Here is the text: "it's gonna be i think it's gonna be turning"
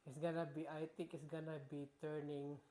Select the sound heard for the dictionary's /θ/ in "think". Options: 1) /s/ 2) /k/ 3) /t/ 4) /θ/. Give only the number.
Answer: 3